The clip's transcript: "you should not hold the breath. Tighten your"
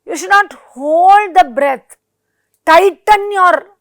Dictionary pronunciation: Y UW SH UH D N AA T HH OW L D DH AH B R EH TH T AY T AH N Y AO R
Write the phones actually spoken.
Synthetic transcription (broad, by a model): Y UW SH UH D N AA T HH OW L D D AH B R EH T T AY T AH N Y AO R